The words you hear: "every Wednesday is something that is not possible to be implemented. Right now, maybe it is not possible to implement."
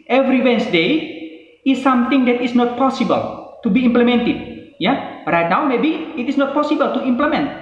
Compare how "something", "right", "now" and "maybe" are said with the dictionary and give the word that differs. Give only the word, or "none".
something